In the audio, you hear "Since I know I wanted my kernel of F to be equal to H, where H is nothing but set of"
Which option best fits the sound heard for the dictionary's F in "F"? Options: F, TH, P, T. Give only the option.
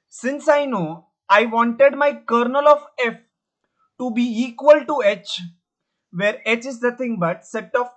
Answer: F